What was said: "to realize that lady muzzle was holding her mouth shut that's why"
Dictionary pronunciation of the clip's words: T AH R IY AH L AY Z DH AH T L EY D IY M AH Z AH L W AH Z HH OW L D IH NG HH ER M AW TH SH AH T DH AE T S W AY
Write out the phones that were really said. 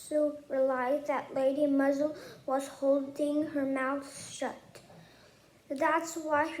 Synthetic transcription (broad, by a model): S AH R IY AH L AY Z DH AH T L EY D IY M AH Z AH L W AH Z HH OW L D IH NG HH ER M AW TH SH AH T DH AE T S W AY